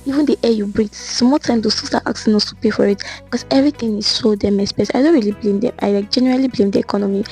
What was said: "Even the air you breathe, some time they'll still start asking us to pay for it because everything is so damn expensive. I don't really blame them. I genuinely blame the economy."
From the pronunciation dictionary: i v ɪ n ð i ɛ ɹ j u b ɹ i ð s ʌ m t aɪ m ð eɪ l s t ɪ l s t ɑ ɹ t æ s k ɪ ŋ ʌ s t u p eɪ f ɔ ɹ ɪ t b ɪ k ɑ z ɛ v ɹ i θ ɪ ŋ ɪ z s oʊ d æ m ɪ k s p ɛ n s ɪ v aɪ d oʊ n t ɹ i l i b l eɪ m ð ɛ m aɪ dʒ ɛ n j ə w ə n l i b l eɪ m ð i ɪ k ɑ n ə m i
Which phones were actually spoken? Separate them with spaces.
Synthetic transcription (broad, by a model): i v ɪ n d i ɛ j u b ɹ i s m t aɪ m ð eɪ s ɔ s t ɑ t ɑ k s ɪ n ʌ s t u p eɪ f ɔ ɹ ɪ t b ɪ k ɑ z ɛ v ɹ i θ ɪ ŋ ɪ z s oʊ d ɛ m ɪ s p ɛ s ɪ ɪ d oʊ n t ɹ i l i b l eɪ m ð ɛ m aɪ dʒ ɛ n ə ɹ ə l i b l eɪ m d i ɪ k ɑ n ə m i